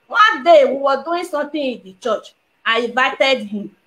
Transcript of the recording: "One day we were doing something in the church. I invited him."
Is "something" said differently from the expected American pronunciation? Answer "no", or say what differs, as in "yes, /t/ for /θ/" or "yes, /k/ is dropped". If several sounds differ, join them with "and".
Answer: yes, /t/ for /θ/